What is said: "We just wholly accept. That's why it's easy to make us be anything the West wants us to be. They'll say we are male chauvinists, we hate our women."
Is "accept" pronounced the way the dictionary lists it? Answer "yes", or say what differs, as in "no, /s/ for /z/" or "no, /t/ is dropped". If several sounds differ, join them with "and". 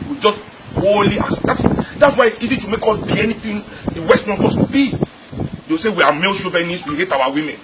no, /p/ is dropped